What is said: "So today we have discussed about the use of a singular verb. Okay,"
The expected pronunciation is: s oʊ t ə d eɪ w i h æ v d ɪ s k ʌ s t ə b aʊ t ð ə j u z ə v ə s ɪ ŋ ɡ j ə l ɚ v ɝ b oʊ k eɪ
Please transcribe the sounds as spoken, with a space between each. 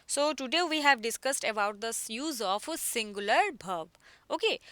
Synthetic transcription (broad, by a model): s oʊ t ə d eɪ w i h æ v d ɪ s k ʌ s t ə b aʊ t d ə j u z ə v ə s ɪ ŋ ɡ j ə l ɚ b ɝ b oʊ k eɪ